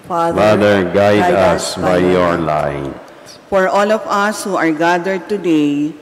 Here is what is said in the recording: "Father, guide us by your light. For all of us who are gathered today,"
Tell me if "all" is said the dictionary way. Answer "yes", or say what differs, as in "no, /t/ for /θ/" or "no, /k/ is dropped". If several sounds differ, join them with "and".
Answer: yes